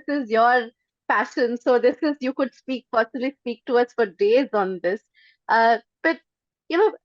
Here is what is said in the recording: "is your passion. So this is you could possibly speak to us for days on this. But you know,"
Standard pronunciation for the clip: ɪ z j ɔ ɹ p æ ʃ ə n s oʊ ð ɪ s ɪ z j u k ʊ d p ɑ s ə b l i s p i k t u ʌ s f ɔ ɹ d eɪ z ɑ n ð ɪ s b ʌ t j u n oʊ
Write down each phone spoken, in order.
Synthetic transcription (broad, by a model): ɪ z j ɔ ɹ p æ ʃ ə n s oʊ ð ɪ s ɪ z j u k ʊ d p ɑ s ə l i s p i k t u ʌ s f ɔ ɹ d eɪ z ɑ n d ɪ s b ʌ t j u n oʊ